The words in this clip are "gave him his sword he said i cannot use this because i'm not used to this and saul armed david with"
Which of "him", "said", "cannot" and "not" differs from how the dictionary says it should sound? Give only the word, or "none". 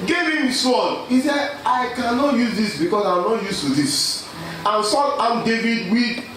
said